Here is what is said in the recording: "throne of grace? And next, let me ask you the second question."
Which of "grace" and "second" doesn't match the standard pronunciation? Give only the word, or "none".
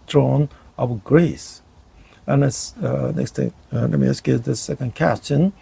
none